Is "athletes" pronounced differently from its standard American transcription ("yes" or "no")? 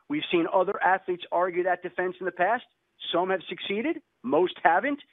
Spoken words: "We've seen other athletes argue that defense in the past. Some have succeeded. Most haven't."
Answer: no